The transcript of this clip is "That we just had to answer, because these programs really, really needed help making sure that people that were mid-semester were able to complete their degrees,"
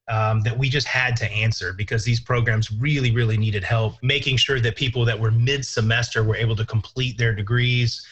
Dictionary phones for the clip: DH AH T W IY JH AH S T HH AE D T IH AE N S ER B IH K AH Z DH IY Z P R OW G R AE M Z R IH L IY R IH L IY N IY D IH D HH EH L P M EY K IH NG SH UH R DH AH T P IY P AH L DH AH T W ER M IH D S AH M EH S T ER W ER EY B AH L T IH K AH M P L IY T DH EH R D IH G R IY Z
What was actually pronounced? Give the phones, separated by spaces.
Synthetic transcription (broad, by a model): DH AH T W IY JH AH S T HH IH D T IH AE N S ER B IH K AH Z DH IY Z P R OW G R AE M Z R IH L IY R IH L IY N IY D IH D HH EH L P M EY K IH NG SH UH R DH AH T P IY P L DH AH T W ER M IH D S AH M EH S T ER W ER EY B L T IH K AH M P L IY T DH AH R D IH G R IY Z